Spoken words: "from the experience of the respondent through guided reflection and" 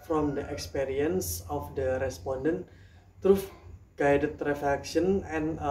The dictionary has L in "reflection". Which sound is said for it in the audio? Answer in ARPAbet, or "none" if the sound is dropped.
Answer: none